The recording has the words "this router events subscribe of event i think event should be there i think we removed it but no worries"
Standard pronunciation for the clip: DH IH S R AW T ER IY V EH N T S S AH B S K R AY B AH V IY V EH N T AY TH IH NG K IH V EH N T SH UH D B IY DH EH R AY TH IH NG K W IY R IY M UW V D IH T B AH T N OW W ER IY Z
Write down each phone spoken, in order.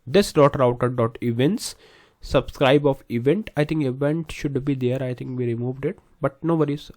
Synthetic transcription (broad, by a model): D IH S R AW T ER IY V EH N T S S AH B S K R AY B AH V IY V EH N T AY T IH NG K IH V EH N T SH UH D B IY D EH R AY T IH NG K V IY R IY M UW V D IH T B AH T N OW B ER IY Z